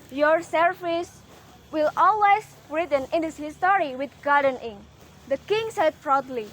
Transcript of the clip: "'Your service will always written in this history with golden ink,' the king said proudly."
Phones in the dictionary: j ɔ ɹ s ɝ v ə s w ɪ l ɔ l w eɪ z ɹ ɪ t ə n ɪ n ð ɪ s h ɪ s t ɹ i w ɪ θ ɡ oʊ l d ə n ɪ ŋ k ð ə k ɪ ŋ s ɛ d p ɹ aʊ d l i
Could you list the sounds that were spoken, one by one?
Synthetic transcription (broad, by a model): j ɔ ɹ s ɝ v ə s w ɪ l ɔ l w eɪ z ɹ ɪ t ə n ɪ n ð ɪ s h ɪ s t ɹ i w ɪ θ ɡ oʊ d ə n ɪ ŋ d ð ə k ɪ ŋ s ɛ d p ɹ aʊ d l i